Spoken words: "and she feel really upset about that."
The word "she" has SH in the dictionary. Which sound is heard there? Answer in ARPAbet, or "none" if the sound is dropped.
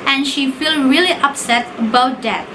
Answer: SH